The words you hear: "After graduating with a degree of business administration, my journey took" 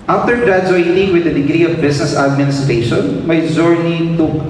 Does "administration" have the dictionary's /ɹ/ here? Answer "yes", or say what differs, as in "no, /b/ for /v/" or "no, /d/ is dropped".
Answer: yes